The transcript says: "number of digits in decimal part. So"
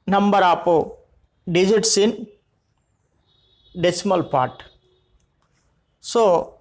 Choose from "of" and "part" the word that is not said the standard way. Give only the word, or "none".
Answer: of